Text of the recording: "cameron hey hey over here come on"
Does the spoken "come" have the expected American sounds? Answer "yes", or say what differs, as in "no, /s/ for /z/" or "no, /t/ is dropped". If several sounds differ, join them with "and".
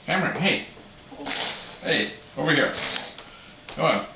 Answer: no, /m/ is dropped